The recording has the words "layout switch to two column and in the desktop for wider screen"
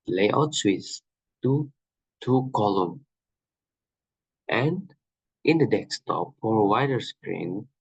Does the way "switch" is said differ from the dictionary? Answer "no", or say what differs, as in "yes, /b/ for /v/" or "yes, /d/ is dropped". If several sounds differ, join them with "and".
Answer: yes, /s/ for /tʃ/